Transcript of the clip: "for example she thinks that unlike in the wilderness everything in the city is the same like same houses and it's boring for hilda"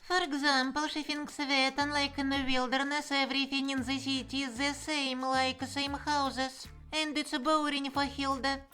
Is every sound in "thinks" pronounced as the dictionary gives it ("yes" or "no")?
no